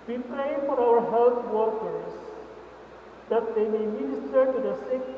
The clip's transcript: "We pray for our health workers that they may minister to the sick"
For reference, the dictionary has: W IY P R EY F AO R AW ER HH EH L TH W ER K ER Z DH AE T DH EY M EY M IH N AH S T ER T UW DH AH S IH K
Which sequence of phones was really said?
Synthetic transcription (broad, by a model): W IY P R EY F AO R AW ER HH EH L T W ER K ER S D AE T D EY M EY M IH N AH S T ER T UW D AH S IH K